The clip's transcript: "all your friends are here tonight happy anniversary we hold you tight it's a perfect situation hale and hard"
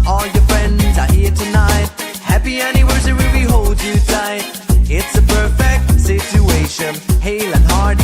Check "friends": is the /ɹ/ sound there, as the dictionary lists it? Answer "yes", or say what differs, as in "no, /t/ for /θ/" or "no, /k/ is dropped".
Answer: yes